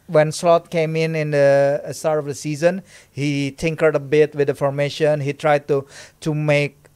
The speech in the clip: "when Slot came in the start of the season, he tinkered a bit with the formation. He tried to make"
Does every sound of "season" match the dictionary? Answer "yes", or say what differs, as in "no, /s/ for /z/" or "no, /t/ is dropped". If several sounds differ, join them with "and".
yes